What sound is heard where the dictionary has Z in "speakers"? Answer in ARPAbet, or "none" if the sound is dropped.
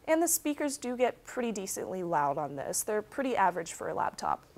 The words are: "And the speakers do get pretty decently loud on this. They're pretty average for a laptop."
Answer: Z